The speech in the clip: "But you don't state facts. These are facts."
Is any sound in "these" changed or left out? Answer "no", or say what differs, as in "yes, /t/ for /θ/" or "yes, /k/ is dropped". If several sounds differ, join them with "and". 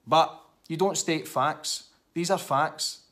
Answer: no